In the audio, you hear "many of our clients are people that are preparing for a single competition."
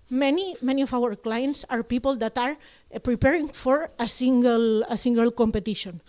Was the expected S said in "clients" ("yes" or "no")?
yes